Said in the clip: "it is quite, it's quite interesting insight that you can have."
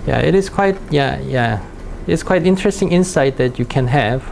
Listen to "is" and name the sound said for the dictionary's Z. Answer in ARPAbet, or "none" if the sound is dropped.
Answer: S